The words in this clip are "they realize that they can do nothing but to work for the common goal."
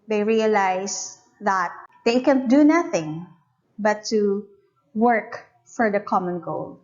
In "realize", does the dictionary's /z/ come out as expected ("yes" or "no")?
no